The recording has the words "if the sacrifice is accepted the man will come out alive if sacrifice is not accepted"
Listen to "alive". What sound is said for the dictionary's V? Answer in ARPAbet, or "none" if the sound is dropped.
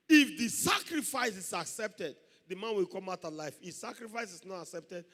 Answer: F